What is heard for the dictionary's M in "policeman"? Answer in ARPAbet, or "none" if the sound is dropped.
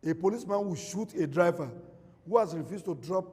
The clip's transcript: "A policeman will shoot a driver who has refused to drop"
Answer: M